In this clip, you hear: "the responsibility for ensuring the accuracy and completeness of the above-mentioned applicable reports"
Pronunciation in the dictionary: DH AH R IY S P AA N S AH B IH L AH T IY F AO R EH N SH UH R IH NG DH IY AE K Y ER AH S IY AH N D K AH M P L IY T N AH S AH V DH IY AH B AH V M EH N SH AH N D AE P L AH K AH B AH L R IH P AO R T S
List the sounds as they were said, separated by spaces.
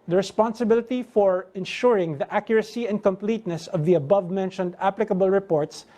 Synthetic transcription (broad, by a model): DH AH R IY S P AA N S AH B IH L AH T IY F AO R EH N SH UH R IH NG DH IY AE K Y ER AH S IY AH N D K AH M P L IY T N AH S AH V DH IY AH B AH V M EH N SH AH N D AE P L AH K AH B AH L R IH P AO R T S